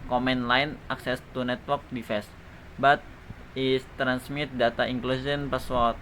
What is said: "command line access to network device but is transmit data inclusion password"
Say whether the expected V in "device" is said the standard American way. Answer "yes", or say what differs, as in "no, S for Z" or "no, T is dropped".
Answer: no, F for V